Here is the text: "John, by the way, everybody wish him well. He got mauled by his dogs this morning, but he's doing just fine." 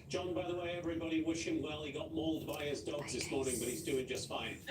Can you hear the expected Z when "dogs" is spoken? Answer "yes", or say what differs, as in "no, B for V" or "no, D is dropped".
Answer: yes